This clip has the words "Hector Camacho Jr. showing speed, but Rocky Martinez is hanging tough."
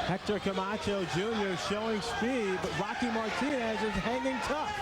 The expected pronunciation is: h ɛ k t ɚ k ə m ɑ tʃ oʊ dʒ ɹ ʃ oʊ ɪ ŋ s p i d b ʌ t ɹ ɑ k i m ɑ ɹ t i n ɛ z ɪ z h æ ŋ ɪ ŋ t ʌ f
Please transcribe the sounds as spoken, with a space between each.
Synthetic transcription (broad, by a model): h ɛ k t ɚ k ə m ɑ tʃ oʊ dʒ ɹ ʃ oʊ ɪ ŋ s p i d b ʌ t ɹ ɑ k i m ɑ ɹ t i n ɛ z ɪ z h æ ŋ ɪ ŋ t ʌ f